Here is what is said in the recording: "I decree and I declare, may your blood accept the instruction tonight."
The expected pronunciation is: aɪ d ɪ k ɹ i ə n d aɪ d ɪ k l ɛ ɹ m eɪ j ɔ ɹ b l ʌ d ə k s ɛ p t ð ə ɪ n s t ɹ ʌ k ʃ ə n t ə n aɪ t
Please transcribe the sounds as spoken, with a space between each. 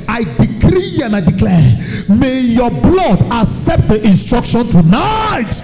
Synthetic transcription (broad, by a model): aɪ d ɪ k ɹ i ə n aɪ d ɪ k l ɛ m eɪ j ɔ b l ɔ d ə k s ɛ p t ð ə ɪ n s t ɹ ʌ k ʃ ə n t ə n aɪ t